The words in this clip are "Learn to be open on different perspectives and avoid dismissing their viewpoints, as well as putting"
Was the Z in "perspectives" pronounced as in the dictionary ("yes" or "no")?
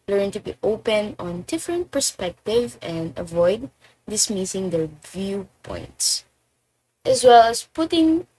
no